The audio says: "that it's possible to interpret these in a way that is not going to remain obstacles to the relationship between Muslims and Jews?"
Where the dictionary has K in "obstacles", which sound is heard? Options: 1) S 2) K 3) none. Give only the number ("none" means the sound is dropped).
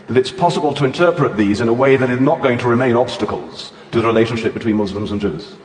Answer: 2